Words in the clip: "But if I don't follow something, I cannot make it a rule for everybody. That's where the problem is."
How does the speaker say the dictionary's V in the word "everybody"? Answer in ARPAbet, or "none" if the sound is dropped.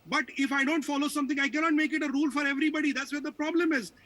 V